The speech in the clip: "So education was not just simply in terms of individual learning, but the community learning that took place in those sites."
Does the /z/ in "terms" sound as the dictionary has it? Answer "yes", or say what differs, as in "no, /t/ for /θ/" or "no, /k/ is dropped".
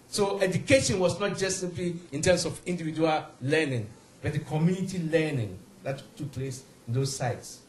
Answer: no, /s/ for /z/